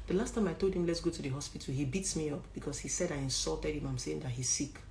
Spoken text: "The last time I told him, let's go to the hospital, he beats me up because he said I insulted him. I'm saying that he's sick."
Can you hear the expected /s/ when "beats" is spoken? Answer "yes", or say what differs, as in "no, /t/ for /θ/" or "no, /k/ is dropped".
yes